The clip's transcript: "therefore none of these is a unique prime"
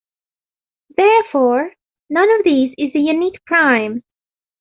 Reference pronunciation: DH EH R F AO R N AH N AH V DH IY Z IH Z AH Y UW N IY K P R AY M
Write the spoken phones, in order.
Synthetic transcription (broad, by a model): DH EH R F AO R N AH N AH V DH IY Z IH Z AH Y UW N IY K P R AY M